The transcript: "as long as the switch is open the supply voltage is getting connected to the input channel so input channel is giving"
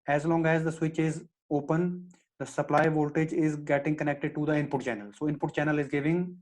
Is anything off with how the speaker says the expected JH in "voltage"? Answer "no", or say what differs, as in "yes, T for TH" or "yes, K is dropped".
no